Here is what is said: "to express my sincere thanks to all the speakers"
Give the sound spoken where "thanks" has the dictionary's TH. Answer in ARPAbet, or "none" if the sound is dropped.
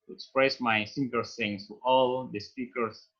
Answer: S